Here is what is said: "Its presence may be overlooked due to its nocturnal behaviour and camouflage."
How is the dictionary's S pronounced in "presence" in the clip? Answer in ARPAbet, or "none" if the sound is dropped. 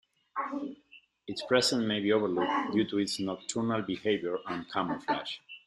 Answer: none